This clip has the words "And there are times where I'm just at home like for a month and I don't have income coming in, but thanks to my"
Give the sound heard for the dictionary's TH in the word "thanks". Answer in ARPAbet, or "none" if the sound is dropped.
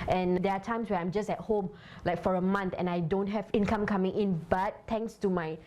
T